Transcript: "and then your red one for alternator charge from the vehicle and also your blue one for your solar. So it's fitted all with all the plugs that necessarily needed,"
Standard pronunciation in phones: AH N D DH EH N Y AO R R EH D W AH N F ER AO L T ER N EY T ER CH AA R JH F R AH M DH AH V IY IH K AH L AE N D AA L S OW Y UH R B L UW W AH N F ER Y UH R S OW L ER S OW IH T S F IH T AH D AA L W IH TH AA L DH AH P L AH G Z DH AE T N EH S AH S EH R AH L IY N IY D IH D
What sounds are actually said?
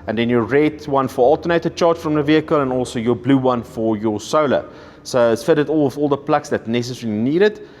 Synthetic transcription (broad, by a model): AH N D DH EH N Y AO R R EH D W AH N F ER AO L T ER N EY T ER CH AA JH F R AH M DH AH V IY IH K AH L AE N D AA L S OW Y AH B L UW W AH N F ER Y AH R S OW L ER S OW IH T S F IH T AH D AA L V AA L DH AH P L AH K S DH AE T N EH S AH S EH R AH L IY N IY D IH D